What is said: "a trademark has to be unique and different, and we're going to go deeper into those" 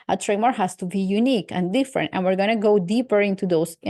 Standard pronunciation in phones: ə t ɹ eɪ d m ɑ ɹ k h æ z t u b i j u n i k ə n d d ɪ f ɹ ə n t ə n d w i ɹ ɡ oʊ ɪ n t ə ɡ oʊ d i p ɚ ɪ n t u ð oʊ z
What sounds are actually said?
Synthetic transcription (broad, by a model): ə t ɹ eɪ m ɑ ɹ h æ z t u b i j u n i k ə n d d ɪ f ɹ ə n t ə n w i ɹ ɡ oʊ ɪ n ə ɡ oʊ d i p ɚ ɪ n t u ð oʊ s